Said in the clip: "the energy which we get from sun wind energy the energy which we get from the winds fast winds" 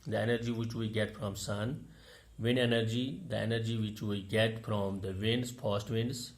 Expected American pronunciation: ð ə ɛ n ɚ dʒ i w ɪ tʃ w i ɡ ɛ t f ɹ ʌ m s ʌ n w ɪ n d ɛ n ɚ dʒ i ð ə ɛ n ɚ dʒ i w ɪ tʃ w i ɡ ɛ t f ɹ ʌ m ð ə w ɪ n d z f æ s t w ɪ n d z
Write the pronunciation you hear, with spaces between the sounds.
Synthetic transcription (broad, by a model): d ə ɛ n ɚ dʒ i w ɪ tʃ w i ɡ ɛ t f ɹ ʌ m s ʌ n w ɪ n ɛ n ɚ dʒ i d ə ɛ n ɚ dʒ i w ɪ tʃ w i ɡ ɛ t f ɹ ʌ m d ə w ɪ n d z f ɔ s t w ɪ n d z